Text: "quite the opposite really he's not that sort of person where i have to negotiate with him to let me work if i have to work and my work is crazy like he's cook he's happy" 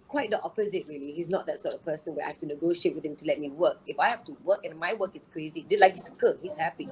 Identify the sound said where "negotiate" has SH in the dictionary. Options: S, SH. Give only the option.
SH